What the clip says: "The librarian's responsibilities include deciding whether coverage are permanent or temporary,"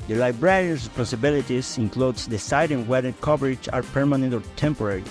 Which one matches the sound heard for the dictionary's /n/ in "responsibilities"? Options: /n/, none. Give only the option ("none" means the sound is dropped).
none